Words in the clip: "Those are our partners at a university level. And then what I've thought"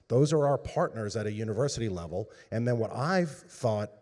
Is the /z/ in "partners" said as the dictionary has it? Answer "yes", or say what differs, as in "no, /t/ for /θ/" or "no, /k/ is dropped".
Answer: yes